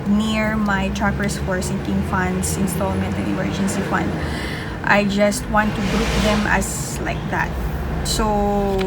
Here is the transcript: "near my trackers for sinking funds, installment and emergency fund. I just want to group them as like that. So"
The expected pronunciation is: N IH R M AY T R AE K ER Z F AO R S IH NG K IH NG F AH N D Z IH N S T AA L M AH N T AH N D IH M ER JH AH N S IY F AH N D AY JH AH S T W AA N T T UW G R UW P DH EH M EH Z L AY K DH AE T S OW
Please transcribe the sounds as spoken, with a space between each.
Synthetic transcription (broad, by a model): N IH R M AY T R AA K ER S F AO R S IH NG K IH NG F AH N D S IH N S T AA L M AH N T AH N IH M ER JH AH N S IY F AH N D AY JH AH S T W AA N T T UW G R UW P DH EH M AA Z L AY K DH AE T S OW